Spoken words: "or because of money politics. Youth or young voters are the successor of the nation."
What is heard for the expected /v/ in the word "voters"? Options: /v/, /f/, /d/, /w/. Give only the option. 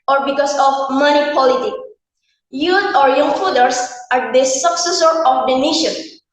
/f/